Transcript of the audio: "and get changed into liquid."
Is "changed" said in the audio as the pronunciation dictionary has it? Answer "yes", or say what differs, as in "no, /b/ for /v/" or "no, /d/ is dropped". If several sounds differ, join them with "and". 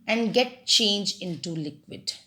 no, /d/ is dropped